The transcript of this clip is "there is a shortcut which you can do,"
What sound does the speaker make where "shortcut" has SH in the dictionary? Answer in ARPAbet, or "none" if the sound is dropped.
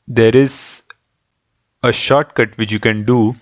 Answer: SH